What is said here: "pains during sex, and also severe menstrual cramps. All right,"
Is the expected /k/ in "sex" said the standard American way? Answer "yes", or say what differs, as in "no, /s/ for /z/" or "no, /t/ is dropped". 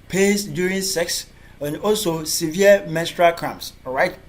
yes